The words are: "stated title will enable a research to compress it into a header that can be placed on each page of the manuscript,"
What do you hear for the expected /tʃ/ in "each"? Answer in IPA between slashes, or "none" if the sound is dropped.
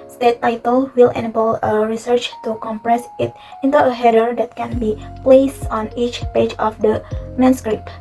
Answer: /tʃ/